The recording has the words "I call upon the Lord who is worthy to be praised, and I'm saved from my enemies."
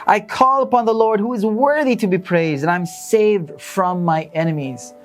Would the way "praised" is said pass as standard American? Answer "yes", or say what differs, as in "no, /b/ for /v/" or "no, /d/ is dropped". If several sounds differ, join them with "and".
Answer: yes